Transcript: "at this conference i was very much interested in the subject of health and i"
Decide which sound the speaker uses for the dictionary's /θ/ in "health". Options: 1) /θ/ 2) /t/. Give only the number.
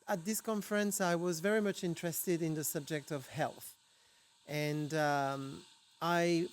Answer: 1